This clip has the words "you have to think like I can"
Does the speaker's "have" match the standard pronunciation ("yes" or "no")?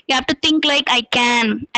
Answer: no